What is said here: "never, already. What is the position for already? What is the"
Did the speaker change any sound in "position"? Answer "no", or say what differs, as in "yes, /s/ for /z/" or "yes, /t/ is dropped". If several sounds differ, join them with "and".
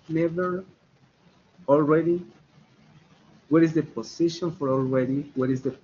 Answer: yes, /s/ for /z/